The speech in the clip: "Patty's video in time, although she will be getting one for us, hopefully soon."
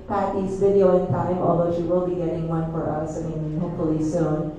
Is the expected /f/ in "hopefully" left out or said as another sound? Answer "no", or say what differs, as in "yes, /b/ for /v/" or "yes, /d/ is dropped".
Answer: yes, /f/ is dropped